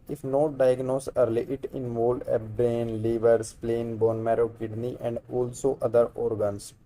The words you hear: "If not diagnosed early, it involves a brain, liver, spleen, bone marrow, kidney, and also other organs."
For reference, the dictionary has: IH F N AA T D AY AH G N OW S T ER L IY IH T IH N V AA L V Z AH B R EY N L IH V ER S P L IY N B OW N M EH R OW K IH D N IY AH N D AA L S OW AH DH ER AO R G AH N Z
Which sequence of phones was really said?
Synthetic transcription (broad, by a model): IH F N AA D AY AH G N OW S ER L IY IH T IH N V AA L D AH B R EY N L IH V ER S P L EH N B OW N M EH R OW K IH D N IY AH N D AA L S OW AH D ER AO R G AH N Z